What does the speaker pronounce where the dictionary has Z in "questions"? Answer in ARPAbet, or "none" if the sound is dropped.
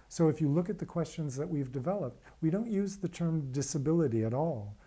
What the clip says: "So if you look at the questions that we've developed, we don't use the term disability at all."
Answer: Z